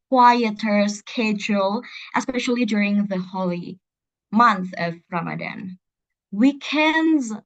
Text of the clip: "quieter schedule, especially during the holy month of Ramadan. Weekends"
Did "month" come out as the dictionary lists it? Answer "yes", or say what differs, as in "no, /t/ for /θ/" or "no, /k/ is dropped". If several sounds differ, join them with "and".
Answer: yes